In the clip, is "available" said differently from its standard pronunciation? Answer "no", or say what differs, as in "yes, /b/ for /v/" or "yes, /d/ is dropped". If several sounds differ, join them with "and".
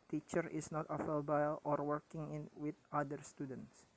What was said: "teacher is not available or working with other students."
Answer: yes, /f/ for /v/